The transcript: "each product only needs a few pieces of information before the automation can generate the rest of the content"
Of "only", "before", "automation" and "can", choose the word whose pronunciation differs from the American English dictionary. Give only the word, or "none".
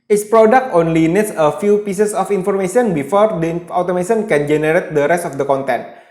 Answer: automation